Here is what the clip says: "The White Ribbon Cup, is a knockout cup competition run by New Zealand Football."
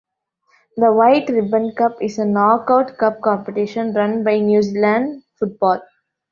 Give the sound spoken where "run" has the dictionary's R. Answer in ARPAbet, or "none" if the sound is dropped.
R